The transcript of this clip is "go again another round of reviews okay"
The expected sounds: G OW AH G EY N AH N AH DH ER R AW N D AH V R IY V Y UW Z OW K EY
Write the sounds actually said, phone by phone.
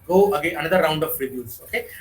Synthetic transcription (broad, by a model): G OW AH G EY AH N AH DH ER R AW N D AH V R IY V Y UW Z OW K EY